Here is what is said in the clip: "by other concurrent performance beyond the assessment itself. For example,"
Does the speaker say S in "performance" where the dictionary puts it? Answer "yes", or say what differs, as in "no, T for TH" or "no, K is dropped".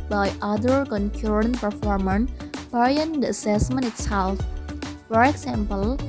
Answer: no, S is dropped